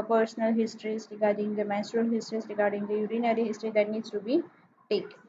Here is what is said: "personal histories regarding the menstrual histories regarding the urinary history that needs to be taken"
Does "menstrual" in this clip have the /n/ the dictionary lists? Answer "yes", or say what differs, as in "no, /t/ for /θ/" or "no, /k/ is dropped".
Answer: no, /n/ is dropped